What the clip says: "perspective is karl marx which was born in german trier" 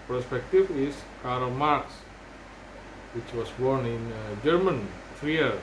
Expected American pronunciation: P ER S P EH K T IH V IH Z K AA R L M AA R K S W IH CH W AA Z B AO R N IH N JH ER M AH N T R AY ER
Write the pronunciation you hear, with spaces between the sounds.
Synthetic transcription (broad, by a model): P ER S P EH K T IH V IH S K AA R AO M AA R K S W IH CH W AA S B AO R N IH N JH ER M AH N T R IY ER